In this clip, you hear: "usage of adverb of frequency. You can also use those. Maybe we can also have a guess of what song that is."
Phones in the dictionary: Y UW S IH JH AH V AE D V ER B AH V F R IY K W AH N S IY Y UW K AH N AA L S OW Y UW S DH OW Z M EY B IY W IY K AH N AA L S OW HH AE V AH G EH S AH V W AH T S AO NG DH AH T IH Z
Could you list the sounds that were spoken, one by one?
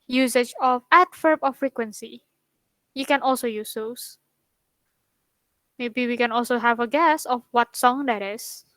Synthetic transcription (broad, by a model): Y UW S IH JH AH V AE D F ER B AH F R IY K W AH N S IY Y UW K AH N AA L S OW Y UW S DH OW S M EY B IY W IY K AH N AA L S OW HH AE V AH G EH S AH F W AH T S AO NG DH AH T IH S